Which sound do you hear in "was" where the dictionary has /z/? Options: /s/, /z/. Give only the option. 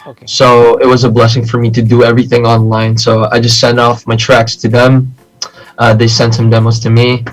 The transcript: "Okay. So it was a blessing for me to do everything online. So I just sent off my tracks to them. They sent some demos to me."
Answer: /z/